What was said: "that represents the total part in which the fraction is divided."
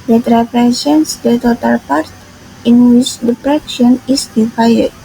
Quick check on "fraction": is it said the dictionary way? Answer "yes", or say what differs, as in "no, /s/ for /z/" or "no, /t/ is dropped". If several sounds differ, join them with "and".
no, /p/ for /f/